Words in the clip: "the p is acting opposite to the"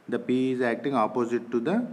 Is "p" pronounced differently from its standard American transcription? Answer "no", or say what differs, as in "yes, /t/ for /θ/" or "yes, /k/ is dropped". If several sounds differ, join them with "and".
no